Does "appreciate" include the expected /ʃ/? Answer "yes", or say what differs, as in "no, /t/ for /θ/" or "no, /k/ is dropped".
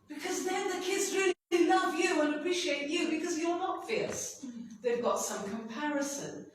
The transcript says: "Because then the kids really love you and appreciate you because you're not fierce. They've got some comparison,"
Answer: yes